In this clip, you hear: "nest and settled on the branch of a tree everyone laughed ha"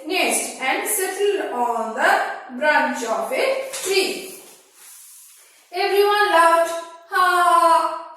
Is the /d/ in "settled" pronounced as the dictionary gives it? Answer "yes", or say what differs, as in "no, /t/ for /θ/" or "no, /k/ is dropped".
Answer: no, /d/ is dropped